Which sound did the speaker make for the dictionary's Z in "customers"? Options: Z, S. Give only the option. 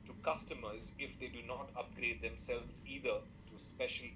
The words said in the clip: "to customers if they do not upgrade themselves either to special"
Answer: Z